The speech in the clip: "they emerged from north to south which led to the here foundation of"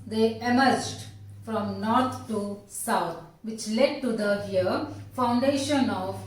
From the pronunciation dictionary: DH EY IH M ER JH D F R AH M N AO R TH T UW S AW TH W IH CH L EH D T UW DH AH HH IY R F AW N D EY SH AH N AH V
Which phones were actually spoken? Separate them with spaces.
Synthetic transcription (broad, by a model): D EY IH M ER JH D F R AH M N AO R T T UW S AW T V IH CH L EH D T UW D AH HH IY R F AW N D EY SH AH N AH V